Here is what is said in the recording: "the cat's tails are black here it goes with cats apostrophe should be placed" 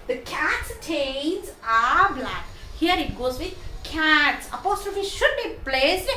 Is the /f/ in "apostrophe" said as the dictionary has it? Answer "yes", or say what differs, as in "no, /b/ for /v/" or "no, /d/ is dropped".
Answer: yes